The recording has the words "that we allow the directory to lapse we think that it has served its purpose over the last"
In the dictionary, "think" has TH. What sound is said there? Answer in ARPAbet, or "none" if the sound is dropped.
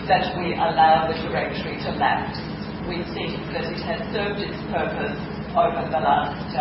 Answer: S